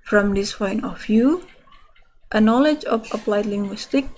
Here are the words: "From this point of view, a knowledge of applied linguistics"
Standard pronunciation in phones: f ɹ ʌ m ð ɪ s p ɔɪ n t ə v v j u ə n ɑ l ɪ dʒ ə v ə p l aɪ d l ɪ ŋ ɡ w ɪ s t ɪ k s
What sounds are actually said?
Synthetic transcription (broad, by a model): f ɹ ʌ m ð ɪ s f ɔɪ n ə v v j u ə n ɑ l ɪ dʒ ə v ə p l aɪ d l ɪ ŋ ɡ w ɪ s t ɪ k